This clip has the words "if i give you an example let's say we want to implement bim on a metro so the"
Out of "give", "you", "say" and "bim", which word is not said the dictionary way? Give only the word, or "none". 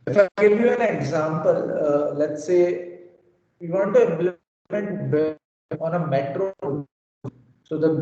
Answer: bim